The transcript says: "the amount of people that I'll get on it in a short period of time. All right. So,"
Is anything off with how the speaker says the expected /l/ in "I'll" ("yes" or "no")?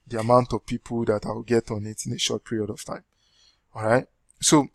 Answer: yes